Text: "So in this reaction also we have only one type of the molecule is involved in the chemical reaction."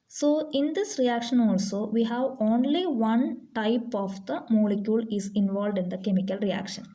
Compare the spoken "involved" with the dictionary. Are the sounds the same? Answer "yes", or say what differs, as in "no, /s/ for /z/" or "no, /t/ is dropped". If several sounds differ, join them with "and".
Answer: yes